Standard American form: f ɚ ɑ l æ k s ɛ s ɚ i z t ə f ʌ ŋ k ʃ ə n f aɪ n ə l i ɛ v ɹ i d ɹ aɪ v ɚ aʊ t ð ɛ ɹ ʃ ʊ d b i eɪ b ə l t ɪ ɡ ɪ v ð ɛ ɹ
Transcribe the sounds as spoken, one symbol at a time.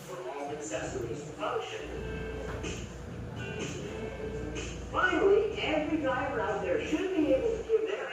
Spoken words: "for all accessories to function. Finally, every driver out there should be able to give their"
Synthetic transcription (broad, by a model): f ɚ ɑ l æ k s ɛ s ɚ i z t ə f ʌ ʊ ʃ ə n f aɪ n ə l i ɛ v ɹ i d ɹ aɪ ɚ aʊ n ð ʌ ɹ ʃ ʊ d b i eɪ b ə l t ɪ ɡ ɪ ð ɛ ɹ